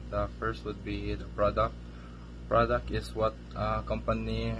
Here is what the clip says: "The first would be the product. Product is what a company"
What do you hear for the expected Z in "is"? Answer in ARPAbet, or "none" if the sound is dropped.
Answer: S